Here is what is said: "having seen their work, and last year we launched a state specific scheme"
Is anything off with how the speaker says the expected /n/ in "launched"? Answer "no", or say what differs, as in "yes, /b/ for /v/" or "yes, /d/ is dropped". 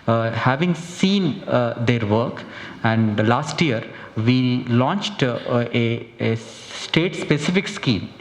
no